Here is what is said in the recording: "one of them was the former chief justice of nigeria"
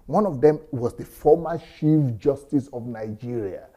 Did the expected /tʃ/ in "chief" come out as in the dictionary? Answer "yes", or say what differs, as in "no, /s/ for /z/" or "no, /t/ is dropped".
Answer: no, /ʃ/ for /tʃ/